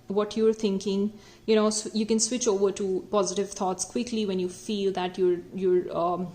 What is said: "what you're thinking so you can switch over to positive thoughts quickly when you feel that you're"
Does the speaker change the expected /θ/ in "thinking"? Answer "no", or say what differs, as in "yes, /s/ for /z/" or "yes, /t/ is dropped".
yes, /t/ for /θ/